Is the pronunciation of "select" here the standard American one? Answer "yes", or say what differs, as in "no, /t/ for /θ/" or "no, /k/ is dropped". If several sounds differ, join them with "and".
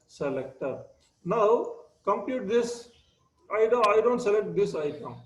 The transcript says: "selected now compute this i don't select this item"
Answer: yes